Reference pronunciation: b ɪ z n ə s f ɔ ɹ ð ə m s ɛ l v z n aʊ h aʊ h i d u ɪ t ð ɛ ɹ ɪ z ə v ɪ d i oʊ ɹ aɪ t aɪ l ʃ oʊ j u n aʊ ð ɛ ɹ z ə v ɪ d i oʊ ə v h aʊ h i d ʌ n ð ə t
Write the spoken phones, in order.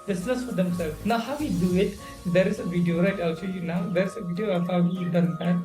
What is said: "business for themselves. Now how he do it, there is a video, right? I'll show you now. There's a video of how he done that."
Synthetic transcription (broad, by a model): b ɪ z n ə s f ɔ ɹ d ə m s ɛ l n aʊ h aʊ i d u ɪ t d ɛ ɹ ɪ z ə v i d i oʊ ɹ aɪ t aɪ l s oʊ j u n aʊ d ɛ ɹ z ə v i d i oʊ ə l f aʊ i d ʌ n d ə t